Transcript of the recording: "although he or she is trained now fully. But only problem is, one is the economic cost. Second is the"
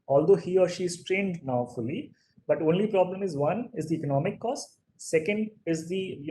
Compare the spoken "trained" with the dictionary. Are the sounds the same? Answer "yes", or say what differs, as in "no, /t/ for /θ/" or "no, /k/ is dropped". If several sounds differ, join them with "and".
yes